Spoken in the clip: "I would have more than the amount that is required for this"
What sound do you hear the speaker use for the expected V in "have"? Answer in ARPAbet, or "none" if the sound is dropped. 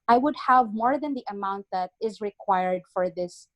V